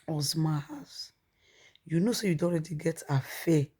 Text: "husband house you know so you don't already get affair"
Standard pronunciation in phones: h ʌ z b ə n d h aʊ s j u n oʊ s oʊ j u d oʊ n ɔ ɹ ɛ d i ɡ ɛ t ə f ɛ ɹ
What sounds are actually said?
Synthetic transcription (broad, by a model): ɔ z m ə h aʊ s j u n oʊ s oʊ j u d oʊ ɔ ɹ ɛ d i ɡ ɛ t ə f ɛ